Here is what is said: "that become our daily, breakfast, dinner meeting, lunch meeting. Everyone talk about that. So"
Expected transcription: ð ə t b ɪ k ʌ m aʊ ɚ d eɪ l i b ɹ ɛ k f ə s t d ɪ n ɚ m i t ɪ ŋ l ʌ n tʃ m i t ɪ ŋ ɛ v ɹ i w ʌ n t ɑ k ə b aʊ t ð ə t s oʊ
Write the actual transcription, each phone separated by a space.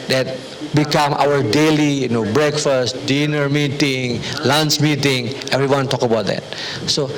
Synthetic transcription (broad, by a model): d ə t b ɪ k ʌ m aʊ ɚ d eɪ l i b ɹ ɛ k f ə s t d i n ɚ m i t ɪ ŋ l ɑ n s m i t ɪ ŋ ɛ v ɹ i w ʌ n t ɑ k ə b aʊ t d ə t s oʊ